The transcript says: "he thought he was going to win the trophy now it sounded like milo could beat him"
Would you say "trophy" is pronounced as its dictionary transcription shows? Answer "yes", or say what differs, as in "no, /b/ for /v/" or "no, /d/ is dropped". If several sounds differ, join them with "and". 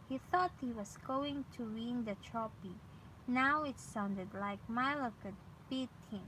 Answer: no, /p/ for /f/